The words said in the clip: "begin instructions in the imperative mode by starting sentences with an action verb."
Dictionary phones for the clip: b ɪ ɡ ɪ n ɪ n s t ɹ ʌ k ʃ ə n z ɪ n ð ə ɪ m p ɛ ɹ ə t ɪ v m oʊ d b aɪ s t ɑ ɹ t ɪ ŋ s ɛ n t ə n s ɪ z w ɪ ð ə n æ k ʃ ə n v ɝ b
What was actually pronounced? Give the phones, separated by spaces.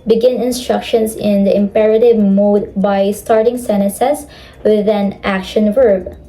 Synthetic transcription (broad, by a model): b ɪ ɡ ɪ n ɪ n s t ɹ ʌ k ʃ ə n s ɪ n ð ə ɪ m p ɛ ɹ ə t ɪ v m oʊ d b aɪ s t ɑ ɹ t ɪ ŋ s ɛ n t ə s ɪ s w ɪ ð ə n æ k ʃ ə n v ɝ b